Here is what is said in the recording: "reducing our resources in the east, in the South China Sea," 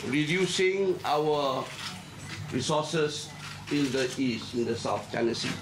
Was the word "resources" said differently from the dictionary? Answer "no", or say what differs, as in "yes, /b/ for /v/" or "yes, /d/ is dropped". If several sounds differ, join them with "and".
yes, /s/ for /z/